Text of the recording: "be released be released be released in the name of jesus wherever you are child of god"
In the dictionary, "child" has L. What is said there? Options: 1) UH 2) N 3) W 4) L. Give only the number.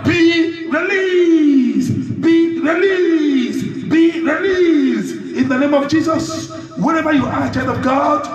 2